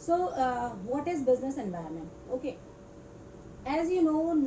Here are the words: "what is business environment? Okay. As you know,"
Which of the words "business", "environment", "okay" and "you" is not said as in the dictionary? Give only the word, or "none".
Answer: environment